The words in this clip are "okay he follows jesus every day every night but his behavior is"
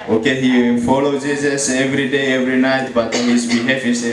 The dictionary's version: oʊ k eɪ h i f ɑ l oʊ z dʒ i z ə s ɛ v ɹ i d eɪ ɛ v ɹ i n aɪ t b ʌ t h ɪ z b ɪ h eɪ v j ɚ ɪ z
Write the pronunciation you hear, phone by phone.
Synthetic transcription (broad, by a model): oʊ k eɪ h i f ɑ l oʊ dʒ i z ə s ɛ v ɹ i d eɪ ɛ v ɹ i n aɪ t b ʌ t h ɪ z b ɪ h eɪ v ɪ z